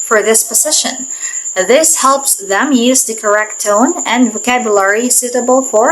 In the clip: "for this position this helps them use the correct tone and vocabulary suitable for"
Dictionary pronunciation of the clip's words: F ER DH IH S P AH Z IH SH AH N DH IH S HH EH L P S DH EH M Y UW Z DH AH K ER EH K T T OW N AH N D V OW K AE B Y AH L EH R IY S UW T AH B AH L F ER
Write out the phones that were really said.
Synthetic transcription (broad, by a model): F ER DH IH S P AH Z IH SH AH N DH IH S HH EH L P S DH EH M Y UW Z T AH K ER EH K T T OW N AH N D V OW K AE B Y AH L EH R IY S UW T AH B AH L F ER